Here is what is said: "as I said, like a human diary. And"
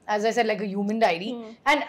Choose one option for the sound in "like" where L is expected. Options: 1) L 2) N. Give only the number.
1